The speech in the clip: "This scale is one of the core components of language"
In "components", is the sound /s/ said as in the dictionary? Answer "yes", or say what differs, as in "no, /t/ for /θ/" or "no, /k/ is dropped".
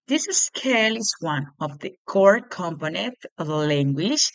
no, /s/ is dropped